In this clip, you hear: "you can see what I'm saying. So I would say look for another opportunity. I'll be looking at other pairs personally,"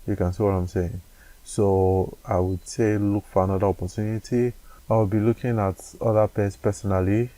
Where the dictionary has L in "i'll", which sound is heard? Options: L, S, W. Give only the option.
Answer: W